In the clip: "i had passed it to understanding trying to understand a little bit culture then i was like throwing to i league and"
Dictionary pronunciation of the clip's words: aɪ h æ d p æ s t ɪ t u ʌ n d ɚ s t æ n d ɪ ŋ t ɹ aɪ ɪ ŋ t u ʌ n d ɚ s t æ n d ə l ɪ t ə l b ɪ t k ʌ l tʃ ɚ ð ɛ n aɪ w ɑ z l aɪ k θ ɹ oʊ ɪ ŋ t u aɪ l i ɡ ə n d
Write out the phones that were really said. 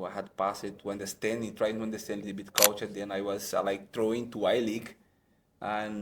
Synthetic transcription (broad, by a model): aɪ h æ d p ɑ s ɪ t u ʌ n d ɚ s t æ n d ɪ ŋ t ɹ aɪ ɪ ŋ t u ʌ n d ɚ s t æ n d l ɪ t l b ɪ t k ʌ l tʃ ɚ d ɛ n aɪ w ɑ z l aɪ k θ ɹ oʊ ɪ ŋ t u aɪ l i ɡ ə n